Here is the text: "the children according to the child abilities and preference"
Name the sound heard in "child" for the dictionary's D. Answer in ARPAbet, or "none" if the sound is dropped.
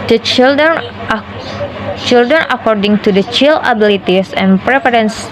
none